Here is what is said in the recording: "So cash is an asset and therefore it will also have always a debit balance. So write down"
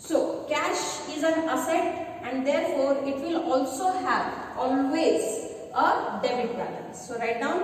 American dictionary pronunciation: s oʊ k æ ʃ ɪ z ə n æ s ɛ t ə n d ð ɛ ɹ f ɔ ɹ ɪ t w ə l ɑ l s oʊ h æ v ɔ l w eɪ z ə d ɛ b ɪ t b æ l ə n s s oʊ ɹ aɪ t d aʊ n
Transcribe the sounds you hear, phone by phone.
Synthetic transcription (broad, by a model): s oʊ k æ ʃ ɪ z ə n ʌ s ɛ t ə n d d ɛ ɹ f ɔ ɹ ɪ t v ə l ɑ l s oʊ h æ v ɔ l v eɪ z ə d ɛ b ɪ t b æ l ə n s s oʊ ɹ aɪ t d aʊ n